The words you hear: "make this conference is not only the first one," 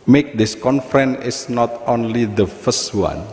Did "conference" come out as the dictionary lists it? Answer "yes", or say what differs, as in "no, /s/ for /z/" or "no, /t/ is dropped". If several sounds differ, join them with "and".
no, /s/ is dropped